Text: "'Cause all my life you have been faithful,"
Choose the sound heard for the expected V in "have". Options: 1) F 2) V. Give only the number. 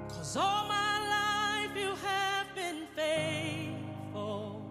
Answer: 2